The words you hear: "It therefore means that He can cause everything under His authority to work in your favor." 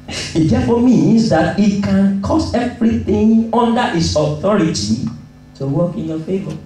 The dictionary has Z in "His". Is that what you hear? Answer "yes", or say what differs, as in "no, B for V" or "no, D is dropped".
no, S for Z